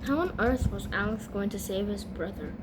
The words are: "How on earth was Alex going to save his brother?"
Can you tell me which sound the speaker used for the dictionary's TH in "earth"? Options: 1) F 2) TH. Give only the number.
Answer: 2